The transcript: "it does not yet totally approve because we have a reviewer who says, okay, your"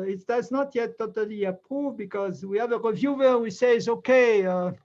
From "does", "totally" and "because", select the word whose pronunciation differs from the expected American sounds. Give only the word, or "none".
none